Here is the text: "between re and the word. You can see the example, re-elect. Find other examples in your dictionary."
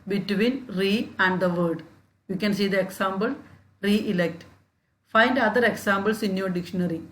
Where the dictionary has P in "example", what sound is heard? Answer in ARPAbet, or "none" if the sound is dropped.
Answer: B